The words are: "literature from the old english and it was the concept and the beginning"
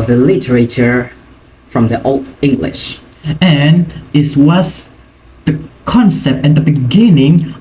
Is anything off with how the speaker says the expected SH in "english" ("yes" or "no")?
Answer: no